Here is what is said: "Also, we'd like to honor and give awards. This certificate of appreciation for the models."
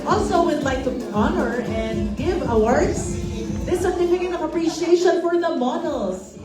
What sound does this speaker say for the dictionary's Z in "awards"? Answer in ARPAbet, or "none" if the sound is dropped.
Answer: S